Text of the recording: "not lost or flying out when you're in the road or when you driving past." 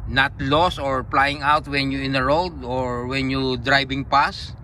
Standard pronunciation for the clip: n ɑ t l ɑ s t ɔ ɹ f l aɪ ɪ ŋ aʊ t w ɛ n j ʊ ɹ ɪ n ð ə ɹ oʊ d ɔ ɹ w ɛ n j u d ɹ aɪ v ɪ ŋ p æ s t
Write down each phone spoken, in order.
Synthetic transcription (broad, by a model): n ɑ t l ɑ s ɔ ɹ p l aɪ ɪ ŋ aʊ t w ɛ n j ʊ ɪ n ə ɹ oʊ d ɔ ɹ w ɛ n j u d ɹ aɪ b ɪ ŋ p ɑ s